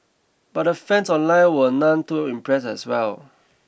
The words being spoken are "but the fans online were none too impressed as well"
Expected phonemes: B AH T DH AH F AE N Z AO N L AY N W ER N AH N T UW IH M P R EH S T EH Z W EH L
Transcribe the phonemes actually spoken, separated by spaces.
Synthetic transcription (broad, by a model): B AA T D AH F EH N S AO N L AY N W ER N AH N T UW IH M P R EH S EH S W EH L